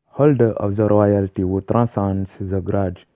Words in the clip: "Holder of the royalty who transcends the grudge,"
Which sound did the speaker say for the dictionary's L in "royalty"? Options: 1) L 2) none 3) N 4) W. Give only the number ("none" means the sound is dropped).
1